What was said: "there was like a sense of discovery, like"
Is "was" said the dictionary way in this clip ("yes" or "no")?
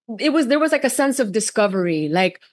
yes